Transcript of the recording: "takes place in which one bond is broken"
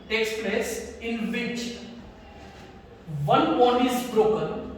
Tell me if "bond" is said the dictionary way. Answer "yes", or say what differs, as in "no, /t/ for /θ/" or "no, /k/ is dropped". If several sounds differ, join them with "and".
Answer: no, /d/ is dropped